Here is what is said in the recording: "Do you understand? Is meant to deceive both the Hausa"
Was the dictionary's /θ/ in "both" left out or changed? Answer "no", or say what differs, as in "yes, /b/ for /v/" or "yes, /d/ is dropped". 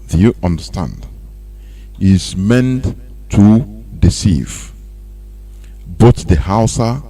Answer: yes, /t/ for /θ/